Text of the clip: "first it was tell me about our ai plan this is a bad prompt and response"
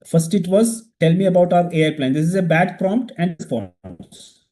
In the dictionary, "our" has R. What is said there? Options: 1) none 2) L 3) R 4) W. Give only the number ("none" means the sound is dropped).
3